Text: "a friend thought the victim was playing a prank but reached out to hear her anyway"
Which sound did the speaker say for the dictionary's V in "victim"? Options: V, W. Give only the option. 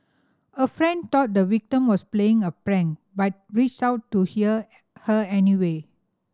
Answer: W